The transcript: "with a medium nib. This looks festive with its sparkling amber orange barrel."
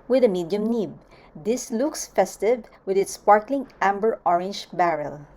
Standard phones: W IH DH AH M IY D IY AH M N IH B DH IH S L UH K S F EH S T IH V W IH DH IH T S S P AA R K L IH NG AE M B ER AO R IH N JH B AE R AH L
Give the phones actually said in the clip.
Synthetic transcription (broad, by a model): W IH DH AH M IY D IY AH M N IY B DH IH S L UH K S F EH S T IH V W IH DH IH T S S P AA R K L IH NG AE M B ER AO R IH N JH B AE R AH L